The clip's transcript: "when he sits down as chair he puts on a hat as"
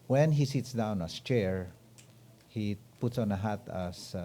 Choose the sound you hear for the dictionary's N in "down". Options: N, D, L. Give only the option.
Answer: N